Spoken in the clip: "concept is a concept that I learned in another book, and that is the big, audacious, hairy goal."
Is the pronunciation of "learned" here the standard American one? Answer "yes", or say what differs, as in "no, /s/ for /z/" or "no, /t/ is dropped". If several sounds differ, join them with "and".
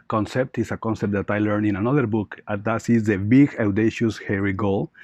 no, /d/ is dropped